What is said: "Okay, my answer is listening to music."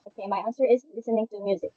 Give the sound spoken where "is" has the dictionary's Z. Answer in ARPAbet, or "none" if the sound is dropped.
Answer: Z